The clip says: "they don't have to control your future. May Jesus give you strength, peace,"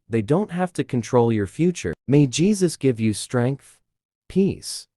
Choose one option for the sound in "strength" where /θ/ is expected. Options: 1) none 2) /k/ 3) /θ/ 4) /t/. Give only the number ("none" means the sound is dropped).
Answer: 3